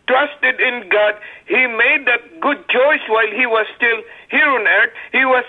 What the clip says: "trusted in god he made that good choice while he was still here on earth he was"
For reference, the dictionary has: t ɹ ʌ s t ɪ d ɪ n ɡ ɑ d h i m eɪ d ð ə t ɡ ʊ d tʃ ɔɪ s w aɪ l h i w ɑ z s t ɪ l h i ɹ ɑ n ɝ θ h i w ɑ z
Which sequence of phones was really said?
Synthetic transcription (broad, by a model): t ɹ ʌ s t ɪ d ɪ n ɡ ɑ d h i m eɪ d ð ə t ɡ ʊ d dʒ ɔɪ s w aɪ l h i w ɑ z s t ɪ l h i ɹ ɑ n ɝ t h i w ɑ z